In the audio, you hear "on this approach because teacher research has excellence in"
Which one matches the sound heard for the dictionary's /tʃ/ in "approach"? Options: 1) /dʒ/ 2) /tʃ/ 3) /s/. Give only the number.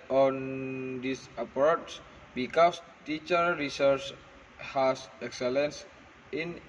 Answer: 3